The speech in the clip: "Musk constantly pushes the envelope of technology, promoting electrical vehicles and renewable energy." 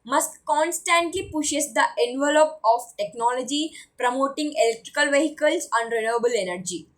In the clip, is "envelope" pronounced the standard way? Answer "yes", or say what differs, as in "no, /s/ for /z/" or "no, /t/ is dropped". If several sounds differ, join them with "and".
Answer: yes